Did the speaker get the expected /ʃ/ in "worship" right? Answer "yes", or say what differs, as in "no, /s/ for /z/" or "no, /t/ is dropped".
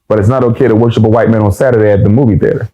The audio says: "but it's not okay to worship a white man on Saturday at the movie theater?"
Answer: yes